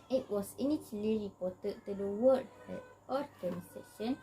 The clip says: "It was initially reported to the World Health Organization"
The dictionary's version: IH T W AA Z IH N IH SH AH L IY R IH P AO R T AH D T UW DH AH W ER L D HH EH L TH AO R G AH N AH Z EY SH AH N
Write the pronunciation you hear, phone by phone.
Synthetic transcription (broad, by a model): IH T W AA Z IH N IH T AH L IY R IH P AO T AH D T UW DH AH W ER D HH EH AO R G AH N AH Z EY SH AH N